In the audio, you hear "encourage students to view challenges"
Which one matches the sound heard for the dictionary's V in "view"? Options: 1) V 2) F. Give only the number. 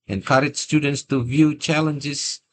1